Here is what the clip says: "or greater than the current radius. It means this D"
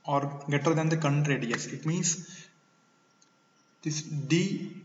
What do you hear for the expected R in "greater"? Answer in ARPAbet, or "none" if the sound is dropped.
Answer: none